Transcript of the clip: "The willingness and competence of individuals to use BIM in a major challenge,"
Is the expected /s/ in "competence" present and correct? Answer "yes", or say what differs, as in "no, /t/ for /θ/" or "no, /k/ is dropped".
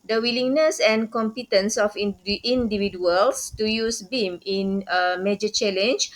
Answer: yes